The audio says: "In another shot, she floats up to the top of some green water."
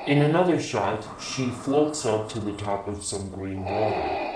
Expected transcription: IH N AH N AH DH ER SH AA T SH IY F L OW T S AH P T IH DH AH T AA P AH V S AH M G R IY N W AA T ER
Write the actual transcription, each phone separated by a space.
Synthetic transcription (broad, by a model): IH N AH N AH DH ER SH AA T SH IY F L OW T S AH P T IH DH AH T AA P AH V S AH M G R IY N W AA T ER